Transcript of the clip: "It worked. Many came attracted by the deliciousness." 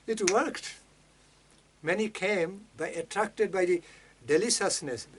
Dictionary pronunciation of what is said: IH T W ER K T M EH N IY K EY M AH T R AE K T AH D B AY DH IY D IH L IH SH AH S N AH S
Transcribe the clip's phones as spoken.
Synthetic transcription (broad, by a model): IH T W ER K T M EH N IY K EY M AH T R AE K T AH D B AY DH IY D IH L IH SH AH S N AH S